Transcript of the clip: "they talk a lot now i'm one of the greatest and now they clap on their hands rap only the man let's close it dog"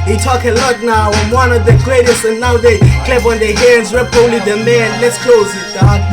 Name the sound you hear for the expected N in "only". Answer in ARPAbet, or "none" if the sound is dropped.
none